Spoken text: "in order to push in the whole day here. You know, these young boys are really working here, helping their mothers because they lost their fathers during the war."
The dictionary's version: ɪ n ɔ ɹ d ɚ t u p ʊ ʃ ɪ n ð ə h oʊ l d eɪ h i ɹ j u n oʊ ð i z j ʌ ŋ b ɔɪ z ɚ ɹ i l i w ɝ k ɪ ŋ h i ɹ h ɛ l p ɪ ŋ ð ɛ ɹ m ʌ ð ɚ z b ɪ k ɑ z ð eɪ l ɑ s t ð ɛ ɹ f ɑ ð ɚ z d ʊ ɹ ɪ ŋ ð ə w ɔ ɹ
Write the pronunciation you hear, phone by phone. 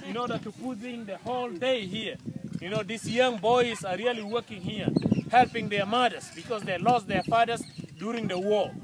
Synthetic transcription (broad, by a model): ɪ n ɔ ɹ d ɚ t u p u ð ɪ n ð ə h oʊ l d eɪ h i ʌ j u n oʊ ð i s j ʌ ŋ b ɔɪ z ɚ ɹ i l i w ɝ k ɪ ŋ h i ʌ h ɛ l p ɪ ŋ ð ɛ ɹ m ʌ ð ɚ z b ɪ k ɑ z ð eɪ l ɑ s t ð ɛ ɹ f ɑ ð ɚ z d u ɹ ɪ ŋ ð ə w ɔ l